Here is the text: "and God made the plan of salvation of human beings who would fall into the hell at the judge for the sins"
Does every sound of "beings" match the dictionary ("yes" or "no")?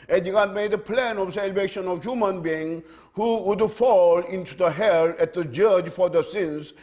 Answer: no